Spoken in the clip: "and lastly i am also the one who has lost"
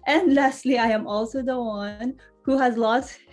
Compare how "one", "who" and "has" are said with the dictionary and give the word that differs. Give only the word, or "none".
none